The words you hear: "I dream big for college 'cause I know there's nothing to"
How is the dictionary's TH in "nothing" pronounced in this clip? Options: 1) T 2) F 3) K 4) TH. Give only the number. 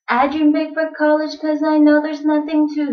4